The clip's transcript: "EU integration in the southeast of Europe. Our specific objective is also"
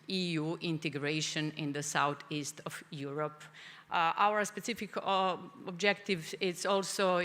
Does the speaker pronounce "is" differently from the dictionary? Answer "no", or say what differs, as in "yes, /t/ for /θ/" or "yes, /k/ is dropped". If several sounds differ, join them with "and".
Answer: yes, /s/ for /z/